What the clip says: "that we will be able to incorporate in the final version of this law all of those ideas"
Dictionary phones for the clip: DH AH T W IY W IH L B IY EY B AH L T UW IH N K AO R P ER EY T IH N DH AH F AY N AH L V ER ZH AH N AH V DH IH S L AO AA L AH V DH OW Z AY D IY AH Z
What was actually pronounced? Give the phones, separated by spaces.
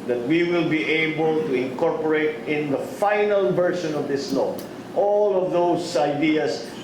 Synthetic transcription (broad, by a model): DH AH T W IY W IH L B IY EY B AH L T UW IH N K AO R P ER EY T IH N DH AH F AY N AH L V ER SH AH N AH V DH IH S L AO AA L AH V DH OW S AY D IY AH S